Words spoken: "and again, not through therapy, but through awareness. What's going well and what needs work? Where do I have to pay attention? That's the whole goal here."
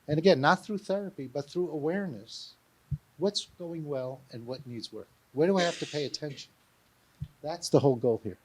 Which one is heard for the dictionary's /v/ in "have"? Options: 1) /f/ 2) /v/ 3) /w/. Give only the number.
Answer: 1